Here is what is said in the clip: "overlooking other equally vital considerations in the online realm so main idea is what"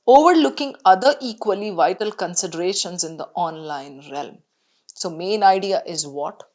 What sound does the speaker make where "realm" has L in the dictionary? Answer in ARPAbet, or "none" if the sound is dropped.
L